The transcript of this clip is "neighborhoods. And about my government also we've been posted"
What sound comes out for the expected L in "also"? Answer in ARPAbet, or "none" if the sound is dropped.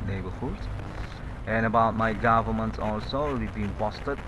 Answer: L